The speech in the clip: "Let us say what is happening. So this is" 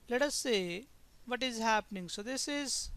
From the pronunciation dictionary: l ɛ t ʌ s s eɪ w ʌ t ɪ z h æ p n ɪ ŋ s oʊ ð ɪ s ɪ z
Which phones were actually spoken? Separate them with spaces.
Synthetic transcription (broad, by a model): l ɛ t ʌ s s eɪ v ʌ t ɪ z h æ p n ɪ ŋ s oʊ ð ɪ s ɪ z